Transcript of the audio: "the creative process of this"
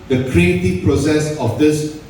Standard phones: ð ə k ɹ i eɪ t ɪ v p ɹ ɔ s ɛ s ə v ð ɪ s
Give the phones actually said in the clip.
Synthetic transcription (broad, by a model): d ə k ɹ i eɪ t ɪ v p ɹ ɔ s ɛ s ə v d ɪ s